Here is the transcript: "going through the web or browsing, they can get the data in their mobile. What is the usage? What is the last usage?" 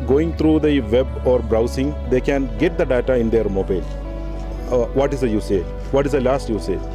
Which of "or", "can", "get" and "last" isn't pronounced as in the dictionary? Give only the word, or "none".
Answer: none